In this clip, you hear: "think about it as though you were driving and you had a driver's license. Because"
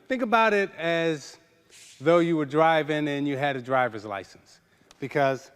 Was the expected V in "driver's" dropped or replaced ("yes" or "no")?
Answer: no